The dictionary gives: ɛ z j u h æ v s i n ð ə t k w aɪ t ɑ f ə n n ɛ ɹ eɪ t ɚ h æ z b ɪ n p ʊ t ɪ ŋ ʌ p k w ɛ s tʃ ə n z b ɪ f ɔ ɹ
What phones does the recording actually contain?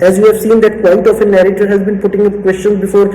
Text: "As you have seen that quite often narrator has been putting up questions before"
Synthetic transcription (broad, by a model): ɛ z j u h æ v s i n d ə t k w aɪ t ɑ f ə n n ɛ ɹ eɪ t ɚ h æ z b ɪ n p ʊ t ɪ ŋ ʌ k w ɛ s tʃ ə n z b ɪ f ɔ ɹ